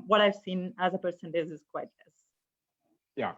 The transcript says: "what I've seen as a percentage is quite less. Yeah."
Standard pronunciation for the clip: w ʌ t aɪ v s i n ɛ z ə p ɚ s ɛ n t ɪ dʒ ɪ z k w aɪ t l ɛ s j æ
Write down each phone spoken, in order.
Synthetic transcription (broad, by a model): w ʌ t aɪ v s i n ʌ z ə p ɚ s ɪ n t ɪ z ɪ z k w aɪ t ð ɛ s j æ